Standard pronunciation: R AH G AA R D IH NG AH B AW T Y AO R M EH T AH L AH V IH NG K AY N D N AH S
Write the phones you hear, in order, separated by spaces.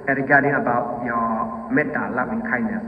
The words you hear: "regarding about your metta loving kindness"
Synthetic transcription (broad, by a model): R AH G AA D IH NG AH B AW T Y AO M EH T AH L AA IH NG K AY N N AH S